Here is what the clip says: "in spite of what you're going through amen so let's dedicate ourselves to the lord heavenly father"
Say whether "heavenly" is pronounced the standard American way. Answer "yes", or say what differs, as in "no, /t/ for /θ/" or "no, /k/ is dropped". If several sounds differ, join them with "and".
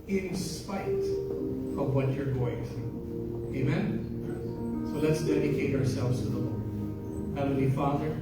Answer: no, /n/ is dropped